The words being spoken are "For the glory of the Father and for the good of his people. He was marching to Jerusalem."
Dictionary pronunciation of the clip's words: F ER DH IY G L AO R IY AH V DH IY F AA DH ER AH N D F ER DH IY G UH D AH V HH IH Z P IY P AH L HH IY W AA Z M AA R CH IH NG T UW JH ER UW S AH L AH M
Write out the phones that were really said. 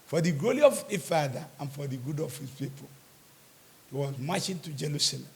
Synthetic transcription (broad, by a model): F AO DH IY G AO L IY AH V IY F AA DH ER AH N F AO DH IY G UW D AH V HH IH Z P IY P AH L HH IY W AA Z M AA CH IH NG T UW JH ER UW S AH L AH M